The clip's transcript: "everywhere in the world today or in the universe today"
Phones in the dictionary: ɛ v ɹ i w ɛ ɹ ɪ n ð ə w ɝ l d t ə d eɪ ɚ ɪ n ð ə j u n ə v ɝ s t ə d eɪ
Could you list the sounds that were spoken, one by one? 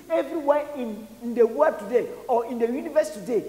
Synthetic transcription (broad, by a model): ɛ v ɹ i w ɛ ɪ n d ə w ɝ d t ə d eɪ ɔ ɪ n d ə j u n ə v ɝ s t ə d eɪ